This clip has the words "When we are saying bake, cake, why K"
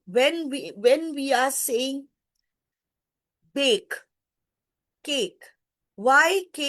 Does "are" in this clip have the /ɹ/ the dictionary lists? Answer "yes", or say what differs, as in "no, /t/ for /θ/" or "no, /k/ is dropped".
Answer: no, /w/ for /ɹ/